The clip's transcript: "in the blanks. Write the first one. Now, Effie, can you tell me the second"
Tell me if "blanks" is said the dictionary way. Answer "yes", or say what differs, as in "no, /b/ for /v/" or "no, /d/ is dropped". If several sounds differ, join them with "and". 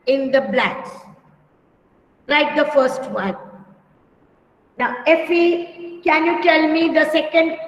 no, /ŋ/ is dropped